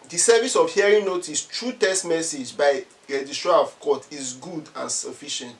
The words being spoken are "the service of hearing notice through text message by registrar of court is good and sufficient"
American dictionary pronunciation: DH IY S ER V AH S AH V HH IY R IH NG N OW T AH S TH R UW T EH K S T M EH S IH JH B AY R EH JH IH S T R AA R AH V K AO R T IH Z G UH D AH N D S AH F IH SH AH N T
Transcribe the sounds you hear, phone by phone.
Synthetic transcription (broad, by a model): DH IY S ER V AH S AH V HH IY R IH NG N OW T AH S T R UW T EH S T M EH S IH JH B AY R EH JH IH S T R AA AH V K AO T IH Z G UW D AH N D S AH F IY SH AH N T